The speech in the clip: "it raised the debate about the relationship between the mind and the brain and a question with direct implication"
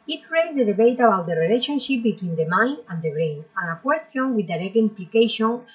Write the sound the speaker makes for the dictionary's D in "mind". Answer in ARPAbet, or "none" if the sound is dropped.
none